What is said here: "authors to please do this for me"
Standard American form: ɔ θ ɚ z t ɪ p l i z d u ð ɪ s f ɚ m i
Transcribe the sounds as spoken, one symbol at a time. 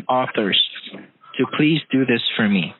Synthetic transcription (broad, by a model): ɔ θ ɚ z t ɪ p l i z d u ð ɪ s f ɚ m i